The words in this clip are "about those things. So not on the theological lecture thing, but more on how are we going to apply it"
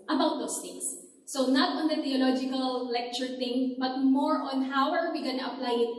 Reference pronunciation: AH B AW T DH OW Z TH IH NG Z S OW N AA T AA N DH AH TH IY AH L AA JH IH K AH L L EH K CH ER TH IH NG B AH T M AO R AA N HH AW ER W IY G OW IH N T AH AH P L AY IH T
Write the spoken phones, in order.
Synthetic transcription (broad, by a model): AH B AW T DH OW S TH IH NG S OW N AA T AA N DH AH T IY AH L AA JH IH K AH L L EH K CH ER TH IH NG B AH T M AO R AA N HH AW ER W IY G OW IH N T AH AH P L AY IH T